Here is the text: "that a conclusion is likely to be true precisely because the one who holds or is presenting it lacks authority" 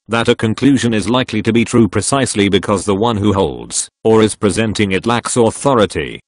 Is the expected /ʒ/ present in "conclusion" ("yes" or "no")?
yes